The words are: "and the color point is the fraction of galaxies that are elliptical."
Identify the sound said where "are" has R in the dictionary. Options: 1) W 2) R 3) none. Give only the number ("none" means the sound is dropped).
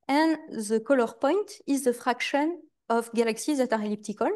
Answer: 2